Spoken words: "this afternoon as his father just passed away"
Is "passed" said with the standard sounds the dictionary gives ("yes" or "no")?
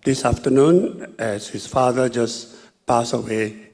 no